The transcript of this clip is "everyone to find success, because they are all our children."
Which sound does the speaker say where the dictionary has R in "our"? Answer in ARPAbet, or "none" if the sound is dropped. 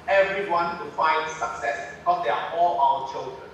L